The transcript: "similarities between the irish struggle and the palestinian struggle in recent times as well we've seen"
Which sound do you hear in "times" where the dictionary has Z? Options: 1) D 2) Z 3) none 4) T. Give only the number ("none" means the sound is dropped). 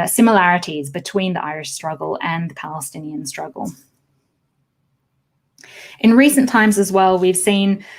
2